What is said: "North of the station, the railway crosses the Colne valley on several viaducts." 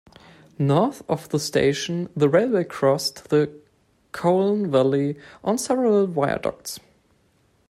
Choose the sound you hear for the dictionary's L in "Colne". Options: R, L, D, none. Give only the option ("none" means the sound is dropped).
L